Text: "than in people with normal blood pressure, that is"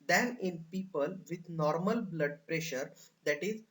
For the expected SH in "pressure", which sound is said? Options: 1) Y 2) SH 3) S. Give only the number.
2